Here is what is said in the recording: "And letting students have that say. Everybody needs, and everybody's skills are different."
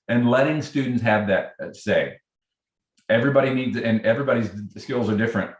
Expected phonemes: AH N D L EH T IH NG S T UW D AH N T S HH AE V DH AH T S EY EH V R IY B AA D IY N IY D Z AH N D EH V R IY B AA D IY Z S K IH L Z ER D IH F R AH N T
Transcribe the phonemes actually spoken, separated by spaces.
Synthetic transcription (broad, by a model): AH N L EH T IH NG S T UW D N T S HH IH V DH AH T S EY EH V R IY B AA D IY N IY D Z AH N EH V R IY B AA D IY Z S K IH L Z ER D IH F R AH N T